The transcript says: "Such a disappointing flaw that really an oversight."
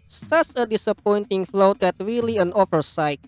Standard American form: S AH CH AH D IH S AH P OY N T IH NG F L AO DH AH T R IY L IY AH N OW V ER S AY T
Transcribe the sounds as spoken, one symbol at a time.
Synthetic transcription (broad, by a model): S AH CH AH D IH S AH P OY N T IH NG F L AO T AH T R IY L IY AH N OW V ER S AY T